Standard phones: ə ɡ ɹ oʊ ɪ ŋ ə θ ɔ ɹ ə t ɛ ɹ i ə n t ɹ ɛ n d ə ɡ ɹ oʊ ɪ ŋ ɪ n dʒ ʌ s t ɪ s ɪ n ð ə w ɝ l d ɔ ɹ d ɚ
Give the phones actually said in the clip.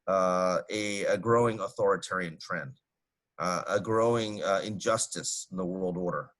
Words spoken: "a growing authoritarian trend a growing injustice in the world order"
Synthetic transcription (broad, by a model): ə ɡ ɹ oʊ ɪ ŋ ə θ ɔ ɹ ə t ɛ ɹ i ə n t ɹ ɛ n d ə ɡ ɹ oʊ ɪ ŋ ɪ n dʒ ʌ s t ɪ s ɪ n ð ə w ɝ l d ɔ ɹ d ɚ